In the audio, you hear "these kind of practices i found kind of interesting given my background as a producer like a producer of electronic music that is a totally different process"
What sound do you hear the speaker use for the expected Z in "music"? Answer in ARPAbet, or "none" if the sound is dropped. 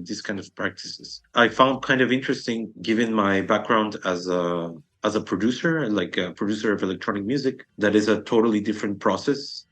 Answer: Z